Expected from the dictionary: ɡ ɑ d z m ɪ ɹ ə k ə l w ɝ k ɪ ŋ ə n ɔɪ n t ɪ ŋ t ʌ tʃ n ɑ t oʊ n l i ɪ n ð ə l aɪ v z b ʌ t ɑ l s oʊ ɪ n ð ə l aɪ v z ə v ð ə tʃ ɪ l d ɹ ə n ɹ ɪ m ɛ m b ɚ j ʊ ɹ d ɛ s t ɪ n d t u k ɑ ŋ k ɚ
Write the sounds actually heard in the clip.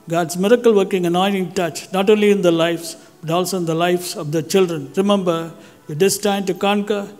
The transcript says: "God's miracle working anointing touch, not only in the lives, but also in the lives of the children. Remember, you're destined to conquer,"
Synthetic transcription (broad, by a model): ɡ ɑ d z m ɪ ɹ ə k ə l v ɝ k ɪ ŋ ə n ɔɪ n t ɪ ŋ t ʌ tʃ n ɑ t oʊ n l i ɪ n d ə l aɪ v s b ʌ t ɑ l s oʊ ɪ n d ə l aɪ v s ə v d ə tʃ ɪ l d ɹ ə n ɹ ɪ m ɛ m b ɚ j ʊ d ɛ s t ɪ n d t u k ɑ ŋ k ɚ